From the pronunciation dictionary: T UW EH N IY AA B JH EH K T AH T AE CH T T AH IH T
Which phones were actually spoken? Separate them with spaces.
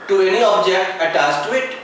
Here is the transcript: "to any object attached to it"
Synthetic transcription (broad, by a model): T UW EH N IY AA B JH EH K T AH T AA S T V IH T